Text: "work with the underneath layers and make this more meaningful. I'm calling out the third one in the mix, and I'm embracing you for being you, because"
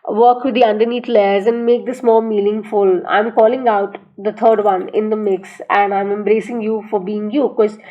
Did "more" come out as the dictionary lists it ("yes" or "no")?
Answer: no